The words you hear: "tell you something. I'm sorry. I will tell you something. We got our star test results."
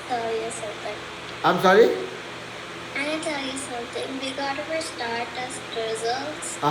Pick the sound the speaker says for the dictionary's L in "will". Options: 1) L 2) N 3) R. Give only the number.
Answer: 2